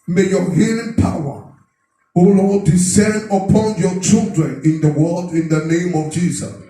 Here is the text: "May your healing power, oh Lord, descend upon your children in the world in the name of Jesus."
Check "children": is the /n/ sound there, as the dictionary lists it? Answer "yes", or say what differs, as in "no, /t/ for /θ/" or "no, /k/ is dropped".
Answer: yes